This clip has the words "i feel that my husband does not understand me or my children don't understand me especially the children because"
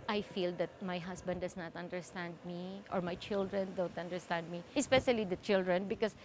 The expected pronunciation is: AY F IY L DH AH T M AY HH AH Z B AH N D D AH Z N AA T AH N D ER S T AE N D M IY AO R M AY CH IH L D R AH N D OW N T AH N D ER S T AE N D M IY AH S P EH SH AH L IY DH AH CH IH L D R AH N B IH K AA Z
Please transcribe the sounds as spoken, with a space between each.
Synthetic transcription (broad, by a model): AY F IY L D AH T M AY HH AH S B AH N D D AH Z N AA T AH N D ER S T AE N D M IY AO R M AY CH IH L D R AH N D OW N T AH N D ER S T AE N D M IY AH S P EH SH AH L IY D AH CH IH L D R AH N B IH K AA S